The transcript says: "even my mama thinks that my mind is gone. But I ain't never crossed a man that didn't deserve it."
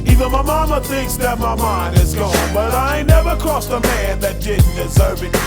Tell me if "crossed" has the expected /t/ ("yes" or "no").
no